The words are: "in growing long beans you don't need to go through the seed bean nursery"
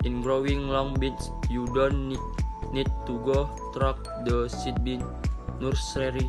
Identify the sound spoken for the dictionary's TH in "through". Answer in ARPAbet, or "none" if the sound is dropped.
T